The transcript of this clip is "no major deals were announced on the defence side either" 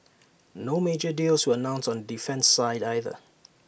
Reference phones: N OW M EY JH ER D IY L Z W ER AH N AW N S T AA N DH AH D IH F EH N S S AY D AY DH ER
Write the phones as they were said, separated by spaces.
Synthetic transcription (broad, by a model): N OW M EY JH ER D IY L S W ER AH N AW N S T AA N D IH F EH N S S AY D AY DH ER